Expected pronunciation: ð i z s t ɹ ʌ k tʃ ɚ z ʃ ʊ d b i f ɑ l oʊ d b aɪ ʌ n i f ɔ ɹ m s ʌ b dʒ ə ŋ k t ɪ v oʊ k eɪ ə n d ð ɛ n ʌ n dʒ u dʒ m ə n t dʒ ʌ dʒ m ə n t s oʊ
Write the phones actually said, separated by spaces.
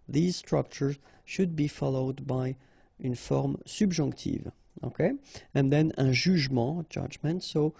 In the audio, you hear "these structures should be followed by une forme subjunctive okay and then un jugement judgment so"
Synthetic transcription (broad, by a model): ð i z s t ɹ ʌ k tʃ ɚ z ʃ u d b i f ɑ l oʊ d b aɪ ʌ n f ɔ ɹ m s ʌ b ʒ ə k t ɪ v oʊ k eɪ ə n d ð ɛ n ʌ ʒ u ʒ m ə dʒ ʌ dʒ m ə n t s oʊ